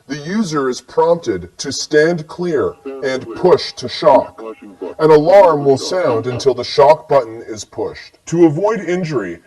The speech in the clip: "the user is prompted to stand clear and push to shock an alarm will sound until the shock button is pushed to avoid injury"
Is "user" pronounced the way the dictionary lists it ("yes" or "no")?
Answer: yes